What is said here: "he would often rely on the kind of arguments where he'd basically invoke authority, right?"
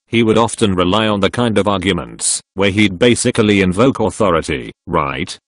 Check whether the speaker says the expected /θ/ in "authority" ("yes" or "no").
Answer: yes